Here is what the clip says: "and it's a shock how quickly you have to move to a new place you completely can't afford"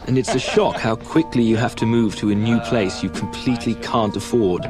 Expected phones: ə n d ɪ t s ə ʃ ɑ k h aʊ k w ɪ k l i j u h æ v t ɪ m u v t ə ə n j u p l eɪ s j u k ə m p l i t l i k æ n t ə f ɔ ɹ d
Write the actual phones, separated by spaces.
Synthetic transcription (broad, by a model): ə n ɪ t s ə ʃ ɑ k h aʊ k w ɪ k l i j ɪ h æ f t ɪ m u v t ə ə n j u p l eɪ s j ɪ k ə m p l i t l i k æ n t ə f ɔ ɹ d